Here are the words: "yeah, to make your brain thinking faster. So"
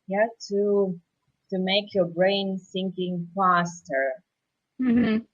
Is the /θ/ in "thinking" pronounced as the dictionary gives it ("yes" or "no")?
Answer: no